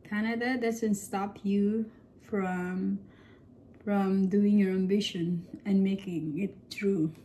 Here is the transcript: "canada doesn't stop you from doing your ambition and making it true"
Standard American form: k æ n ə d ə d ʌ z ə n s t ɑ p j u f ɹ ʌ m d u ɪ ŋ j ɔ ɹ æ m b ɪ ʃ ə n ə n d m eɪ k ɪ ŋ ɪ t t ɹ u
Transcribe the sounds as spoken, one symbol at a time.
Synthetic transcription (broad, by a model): k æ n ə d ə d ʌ s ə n s t ɑ p j u f ɹ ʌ m d u ɪ ŋ j ɔ ɹ æ m b ɪ ʃ ə n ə n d m eɪ k ɪ ŋ ɪ t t ɹ u